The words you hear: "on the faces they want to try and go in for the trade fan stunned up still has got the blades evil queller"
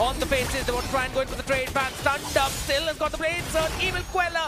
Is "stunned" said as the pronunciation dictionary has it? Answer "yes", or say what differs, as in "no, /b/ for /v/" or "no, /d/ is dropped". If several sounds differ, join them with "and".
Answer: yes